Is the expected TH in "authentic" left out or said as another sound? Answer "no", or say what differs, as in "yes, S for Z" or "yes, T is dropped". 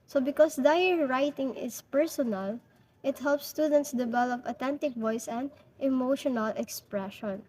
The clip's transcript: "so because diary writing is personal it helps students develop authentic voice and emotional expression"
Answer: yes, T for TH